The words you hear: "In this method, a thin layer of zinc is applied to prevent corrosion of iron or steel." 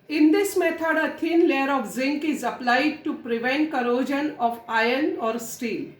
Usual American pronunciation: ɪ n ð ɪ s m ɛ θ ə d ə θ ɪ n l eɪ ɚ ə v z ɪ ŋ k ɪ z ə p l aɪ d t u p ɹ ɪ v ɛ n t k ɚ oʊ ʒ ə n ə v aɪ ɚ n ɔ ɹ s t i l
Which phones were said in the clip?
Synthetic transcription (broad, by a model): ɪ n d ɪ s m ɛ t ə d ə t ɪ n l eɪ ɚ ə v z ɪ ŋ k ɪ z ə p l aɪ d t u p ɹ ɪ v ɛ n t k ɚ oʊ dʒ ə n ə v aɪ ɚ n ɔ ɹ s t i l